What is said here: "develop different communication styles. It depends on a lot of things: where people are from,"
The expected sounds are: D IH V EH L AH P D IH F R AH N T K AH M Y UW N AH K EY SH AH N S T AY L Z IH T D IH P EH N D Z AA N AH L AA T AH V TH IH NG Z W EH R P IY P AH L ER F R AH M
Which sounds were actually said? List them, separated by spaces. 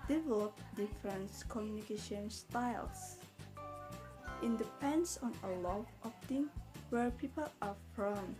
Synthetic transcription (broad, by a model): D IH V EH L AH P D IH F R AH N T K AH M Y UW N AH K EY SH AH N S T AY L S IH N D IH P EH N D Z AA N AH L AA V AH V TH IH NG W EH R P IY P AH L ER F R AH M